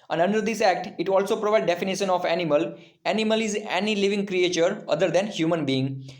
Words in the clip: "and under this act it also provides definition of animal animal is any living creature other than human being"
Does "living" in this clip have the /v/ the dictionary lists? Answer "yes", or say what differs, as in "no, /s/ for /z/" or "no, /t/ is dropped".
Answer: yes